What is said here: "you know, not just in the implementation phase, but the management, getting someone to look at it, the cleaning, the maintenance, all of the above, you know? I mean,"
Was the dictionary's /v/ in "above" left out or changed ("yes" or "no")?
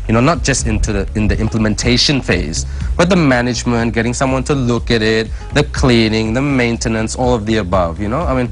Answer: no